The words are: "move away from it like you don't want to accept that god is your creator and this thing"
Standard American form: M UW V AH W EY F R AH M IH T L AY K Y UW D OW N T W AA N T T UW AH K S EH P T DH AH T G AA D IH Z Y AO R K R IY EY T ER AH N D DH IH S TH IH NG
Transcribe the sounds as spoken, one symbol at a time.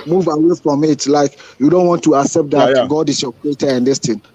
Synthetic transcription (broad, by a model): M UW V AH W EY F R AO M IH T L AY K Y UW D OW N T W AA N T T UW AH K S EH P T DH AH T G AA D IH S Y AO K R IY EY T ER AH N D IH S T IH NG